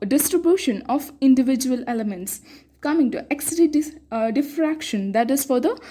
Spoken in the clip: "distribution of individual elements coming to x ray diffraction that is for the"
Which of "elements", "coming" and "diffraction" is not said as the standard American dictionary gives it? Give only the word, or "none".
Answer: none